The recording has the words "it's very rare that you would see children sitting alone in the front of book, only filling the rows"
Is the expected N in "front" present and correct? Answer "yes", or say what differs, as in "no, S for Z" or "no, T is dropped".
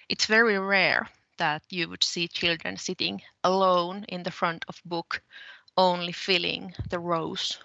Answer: yes